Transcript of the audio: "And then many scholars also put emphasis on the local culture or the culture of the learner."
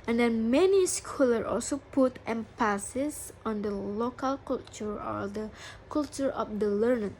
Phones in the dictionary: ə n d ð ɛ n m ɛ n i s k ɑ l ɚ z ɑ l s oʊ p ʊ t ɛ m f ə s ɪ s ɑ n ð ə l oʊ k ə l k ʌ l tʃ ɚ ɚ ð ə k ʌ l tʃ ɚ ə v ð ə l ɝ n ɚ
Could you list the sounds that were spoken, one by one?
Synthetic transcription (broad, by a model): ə n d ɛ n m ɛ n i s k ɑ l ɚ ɑ l s oʊ p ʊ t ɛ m p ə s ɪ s ɑ n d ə l oʊ k ə l k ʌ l tʃ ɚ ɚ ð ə k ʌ l tʃ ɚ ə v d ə l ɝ n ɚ